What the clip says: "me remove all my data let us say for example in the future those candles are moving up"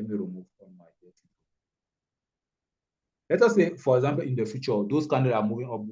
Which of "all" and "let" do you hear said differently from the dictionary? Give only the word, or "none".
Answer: all